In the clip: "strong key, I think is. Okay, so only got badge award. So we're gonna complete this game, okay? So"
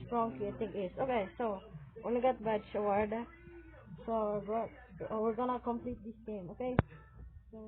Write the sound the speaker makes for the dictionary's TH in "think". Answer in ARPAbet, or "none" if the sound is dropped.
T